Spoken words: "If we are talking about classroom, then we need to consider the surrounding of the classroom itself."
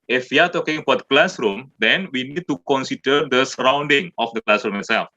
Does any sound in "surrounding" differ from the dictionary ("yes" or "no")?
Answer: no